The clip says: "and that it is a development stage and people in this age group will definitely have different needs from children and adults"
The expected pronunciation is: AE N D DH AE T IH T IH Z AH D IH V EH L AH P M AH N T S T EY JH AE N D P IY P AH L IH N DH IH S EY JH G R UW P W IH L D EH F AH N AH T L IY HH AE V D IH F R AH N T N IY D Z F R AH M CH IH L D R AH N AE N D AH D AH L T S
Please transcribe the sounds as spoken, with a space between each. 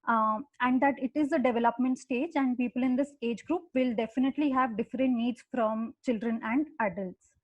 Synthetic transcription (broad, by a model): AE N D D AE T IH T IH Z AH D IH V EH L AH P M AH N T S T EY JH AE N D P IY P AH L IH N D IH S EY JH G R UW P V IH L D EH F AH N AH T L IY HH AE V D IH F R AH N T N IY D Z F R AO M CH IH L D R AH N AE N D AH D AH L T S